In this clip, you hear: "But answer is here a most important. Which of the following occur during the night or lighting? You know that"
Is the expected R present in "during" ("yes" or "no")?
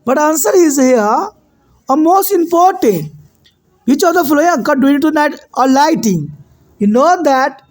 no